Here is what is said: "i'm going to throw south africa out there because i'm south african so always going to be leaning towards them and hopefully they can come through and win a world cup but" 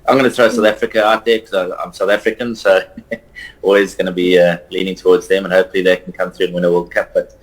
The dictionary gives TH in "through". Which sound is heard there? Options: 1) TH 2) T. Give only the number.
1